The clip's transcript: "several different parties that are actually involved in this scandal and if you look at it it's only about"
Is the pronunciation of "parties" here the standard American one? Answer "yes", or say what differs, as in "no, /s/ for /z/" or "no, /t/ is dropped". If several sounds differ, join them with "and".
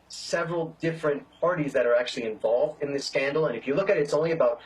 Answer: yes